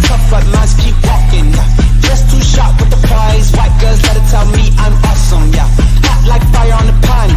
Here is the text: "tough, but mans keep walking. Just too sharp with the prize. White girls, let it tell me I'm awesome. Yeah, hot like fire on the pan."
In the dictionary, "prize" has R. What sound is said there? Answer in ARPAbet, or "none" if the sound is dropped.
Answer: none